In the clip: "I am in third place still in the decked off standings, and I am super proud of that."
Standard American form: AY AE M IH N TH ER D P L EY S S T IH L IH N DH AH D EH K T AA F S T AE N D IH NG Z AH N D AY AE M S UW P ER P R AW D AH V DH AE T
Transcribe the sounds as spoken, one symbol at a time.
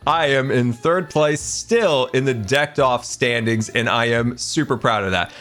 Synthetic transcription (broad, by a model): AY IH M IH N TH ER D P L EY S S T IH L IH N DH AH D EH K T AA F S T AE N D IH NG Z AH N AY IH M S UW P ER P R AW D AH V DH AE T